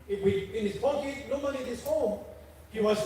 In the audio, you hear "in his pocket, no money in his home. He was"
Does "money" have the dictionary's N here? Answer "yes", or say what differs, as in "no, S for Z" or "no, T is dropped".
no, L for N